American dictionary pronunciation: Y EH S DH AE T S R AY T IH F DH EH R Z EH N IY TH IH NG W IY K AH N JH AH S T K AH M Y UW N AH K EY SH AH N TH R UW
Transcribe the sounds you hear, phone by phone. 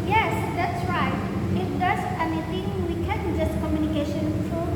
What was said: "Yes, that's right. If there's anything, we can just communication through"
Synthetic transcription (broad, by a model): Y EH S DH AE T S R AY T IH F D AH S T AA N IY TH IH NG W IY K AH N JH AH S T K AH M Y UW N AH K EY SH AH N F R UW